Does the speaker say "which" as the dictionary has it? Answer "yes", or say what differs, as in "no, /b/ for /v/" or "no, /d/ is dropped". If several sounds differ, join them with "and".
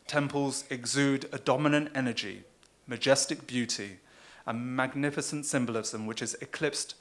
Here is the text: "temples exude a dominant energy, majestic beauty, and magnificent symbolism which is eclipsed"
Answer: yes